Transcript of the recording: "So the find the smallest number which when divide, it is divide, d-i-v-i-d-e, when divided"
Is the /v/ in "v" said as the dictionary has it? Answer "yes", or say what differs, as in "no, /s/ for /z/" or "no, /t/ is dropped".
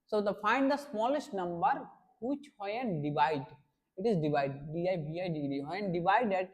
no, /b/ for /v/